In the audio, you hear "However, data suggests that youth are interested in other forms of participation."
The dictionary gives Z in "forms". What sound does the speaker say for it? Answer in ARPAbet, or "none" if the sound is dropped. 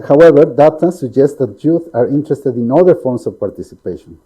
S